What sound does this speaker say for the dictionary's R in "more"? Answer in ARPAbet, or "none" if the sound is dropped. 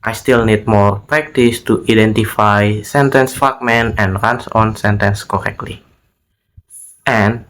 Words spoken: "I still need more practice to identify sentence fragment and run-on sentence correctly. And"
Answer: R